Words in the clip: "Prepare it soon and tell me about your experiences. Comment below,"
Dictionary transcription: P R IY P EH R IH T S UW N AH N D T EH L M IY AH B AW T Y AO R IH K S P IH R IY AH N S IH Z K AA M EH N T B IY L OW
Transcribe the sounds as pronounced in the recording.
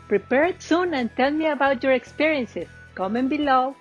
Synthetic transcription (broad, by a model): P R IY P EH R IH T S UW N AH N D T EH L M IY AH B AW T Y AO R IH K S P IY R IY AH N S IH S K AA M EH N B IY L OW